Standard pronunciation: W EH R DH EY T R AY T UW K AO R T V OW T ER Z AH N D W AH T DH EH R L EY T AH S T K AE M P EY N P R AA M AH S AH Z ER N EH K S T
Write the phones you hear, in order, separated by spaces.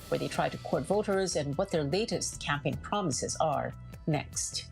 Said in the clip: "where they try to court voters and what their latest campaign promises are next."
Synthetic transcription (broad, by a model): W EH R DH EY T R AY T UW K AO R T V OW T ER Z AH N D W AH T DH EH R L EY T AH S T K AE M P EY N P R AA M AH S AH Z ER N EH K S T